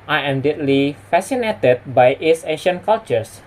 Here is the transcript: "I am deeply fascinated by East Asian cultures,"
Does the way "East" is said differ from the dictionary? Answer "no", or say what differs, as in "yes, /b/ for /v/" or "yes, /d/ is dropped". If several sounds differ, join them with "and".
yes, /t/ is dropped